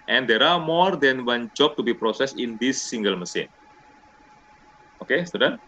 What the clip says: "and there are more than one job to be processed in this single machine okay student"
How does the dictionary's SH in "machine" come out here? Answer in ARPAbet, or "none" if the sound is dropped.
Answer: S